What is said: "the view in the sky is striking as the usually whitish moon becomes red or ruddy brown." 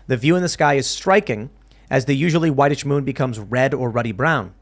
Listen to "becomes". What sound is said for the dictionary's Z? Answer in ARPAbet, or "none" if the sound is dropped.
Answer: Z